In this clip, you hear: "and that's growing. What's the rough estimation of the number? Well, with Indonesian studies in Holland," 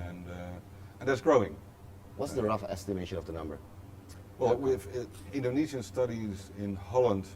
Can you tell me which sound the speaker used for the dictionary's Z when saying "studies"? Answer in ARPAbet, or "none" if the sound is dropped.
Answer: Z